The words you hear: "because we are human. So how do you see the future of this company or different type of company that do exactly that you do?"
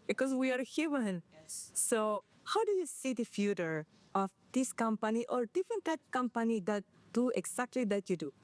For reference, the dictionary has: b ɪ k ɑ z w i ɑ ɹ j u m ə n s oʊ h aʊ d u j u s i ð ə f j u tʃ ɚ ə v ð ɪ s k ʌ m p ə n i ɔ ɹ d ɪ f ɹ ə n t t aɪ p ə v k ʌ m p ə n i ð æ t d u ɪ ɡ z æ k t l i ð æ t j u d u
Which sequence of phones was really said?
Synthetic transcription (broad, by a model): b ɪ k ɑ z w i ɑ ɹ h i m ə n s oʊ h aʊ d u j u s i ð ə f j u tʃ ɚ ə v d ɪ s k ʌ m p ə n i ɔ ɹ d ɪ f ə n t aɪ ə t k ʌ m p ə n i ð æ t d u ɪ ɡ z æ k t l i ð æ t j u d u